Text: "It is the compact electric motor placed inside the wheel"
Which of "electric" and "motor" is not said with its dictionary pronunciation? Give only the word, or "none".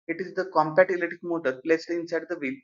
electric